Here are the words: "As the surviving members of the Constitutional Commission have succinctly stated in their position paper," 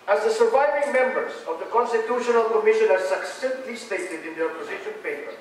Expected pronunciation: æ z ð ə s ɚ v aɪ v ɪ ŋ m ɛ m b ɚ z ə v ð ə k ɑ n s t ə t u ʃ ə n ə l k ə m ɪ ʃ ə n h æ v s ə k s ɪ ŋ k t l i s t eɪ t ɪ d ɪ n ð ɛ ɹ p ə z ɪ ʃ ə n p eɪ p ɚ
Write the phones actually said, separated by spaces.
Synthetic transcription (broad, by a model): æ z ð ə s ɚ v aɪ v ɪ ŋ m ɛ m b ɚ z ə v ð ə k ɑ n s t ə t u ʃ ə n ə l k ə m ɪ ʃ ə n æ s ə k s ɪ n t l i s t eɪ t ɪ d ɪ n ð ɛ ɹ p ə z ɪ ʃ ə n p eɪ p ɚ